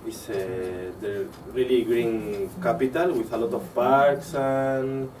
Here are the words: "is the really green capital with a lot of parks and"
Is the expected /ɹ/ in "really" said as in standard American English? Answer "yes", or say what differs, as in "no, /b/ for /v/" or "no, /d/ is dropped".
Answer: yes